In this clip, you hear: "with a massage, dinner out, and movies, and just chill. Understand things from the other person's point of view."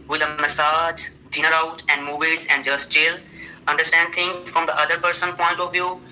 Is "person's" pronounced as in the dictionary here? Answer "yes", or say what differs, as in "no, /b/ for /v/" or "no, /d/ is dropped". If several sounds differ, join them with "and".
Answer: no, /z/ is dropped